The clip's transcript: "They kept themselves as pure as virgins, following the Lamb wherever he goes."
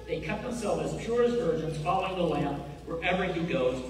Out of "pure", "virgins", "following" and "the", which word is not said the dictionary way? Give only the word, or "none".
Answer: none